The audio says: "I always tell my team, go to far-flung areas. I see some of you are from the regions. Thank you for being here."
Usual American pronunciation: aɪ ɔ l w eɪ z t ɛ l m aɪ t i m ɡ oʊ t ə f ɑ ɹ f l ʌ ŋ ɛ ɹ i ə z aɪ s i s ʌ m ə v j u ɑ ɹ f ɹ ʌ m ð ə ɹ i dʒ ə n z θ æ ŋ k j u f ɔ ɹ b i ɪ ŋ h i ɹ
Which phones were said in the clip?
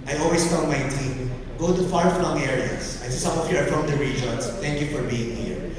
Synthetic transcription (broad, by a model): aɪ ɔ l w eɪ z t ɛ n m aɪ t i m ɡ oʊ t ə f ɑ ɹ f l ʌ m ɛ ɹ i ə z aɪ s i s ʌ m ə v j u ɑ ɹ f ɹ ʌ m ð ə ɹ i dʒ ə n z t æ ŋ k j u f ɔ ɹ b i ɪ ŋ h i ɹ